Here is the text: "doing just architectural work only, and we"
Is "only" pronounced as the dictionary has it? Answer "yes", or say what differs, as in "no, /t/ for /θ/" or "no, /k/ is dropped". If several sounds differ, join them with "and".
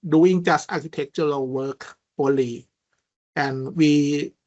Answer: no, /n/ is dropped